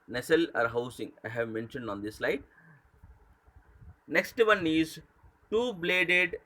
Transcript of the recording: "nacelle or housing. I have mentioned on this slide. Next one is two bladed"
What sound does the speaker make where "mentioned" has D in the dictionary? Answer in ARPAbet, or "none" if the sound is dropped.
D